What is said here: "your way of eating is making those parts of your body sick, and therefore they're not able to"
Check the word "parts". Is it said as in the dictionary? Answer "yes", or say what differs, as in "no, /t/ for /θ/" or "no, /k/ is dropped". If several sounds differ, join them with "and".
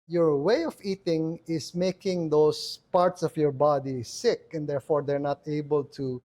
yes